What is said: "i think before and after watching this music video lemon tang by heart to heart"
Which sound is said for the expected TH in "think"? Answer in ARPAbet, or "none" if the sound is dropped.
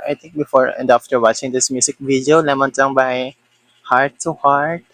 T